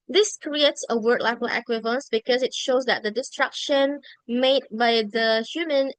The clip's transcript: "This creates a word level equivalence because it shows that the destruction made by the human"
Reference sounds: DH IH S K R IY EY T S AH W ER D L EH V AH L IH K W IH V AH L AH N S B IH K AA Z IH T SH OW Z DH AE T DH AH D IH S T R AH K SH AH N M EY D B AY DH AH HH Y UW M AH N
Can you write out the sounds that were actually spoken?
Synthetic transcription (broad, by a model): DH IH S K R IY EY T S AH W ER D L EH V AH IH K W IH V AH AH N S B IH K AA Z IH T SH OW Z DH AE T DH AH D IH S T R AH K SH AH N M EY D B AY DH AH HH Y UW M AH N